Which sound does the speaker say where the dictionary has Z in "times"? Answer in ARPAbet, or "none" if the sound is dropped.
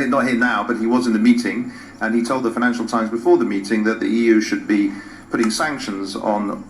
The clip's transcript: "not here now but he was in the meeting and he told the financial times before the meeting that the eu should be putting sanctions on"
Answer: Z